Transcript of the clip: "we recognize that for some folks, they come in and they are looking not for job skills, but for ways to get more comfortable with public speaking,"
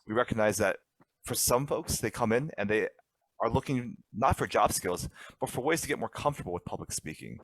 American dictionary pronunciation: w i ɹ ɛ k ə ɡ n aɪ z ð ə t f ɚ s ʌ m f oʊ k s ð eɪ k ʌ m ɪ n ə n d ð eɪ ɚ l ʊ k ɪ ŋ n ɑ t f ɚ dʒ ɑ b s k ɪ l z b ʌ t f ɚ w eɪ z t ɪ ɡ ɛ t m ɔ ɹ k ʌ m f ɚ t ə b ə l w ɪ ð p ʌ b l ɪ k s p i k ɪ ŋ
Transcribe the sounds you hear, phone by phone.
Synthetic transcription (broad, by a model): w i ɹ ɛ k ə ɡ n aɪ z ð ə t f ɚ s ʌ m f oʊ k s ð eɪ k ʌ m ɪ n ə n ð eɪ ɚ l ʊ k ɪ ŋ n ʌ t f ɚ dʒ ɑ b s k ɪ l z b ʌ t f ɚ w eɪ z t ɪ ɡ ɛ t m ɔ ɹ k ʌ m f t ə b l w ɪ ð p ʌ b l ɪ k s p i k ɪ ŋ